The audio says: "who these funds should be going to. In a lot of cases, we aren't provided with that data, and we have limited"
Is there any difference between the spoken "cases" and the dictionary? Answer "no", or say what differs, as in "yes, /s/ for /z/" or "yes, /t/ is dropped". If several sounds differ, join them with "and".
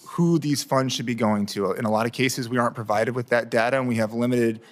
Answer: no